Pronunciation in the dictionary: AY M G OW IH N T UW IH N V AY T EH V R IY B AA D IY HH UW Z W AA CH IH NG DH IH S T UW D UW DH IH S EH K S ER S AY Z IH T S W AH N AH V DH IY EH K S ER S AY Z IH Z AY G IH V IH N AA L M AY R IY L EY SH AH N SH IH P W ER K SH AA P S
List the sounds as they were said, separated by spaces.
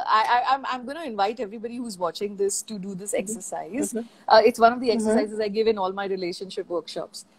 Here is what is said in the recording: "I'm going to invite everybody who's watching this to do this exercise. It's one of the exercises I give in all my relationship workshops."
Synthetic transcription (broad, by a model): AY M G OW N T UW IH N V AY T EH V R IY B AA D IY HH UW Z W AA CH IH NG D IH S T UW D UW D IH S EH K S ER S AY Z IH T S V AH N AH V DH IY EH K S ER S AY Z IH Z AY G IH V IH N AA L M AY R IY L EY SH AH N SH IH P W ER K SH AA P S